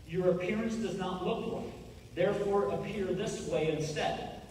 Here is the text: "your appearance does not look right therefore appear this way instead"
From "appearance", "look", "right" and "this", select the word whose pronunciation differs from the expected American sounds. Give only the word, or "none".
right